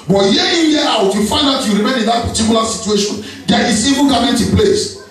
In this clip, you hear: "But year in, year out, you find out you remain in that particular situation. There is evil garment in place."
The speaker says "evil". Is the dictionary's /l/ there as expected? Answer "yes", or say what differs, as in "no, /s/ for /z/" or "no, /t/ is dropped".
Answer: no, /n/ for /l/